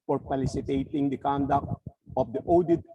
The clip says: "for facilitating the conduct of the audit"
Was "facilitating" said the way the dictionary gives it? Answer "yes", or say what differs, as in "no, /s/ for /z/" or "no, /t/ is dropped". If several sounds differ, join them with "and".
no, /p/ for /f/